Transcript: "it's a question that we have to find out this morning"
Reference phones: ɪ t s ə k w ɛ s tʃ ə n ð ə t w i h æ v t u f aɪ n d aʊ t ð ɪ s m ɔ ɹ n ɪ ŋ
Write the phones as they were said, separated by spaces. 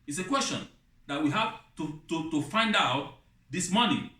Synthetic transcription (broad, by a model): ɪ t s ə k w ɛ s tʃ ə n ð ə t w i h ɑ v t u f aɪ n d aʊ t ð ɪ s m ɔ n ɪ